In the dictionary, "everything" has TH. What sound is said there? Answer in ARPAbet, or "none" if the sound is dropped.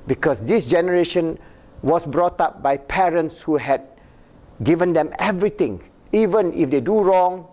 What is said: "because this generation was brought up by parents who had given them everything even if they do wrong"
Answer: T